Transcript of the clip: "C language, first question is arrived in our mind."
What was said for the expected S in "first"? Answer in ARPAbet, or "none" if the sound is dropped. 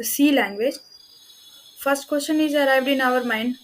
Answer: S